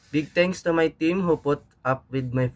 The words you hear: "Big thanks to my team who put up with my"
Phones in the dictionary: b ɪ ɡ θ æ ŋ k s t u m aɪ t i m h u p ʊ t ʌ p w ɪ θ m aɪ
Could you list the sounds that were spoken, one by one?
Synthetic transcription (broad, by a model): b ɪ ɡ t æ ŋ k s t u m aɪ t i m h u p ʊ t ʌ p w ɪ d m aɪ